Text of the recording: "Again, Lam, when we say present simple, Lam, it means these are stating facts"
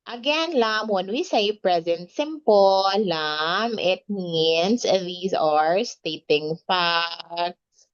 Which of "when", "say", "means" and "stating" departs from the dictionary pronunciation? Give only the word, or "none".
means